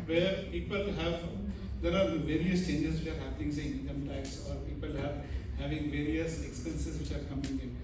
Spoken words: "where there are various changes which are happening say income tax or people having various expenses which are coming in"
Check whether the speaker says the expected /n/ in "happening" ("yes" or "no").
no